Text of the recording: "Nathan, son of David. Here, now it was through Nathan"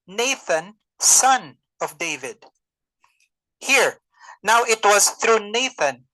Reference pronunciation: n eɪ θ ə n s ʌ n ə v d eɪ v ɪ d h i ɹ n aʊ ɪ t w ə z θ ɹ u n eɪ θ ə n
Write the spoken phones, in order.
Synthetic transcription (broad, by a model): n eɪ θ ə n s ʌ n ə v d eɪ v ɪ d h i ɹ n aʊ ɪ t w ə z θ ɹ u n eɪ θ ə n